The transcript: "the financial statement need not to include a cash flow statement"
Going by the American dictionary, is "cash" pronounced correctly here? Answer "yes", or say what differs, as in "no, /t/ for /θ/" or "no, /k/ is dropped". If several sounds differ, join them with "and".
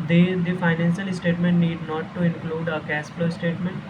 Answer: no, /s/ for /ʃ/